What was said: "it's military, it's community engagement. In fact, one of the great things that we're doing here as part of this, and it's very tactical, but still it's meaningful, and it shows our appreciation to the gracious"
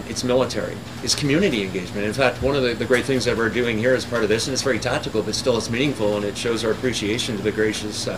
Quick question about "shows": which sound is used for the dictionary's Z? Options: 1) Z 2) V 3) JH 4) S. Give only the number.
1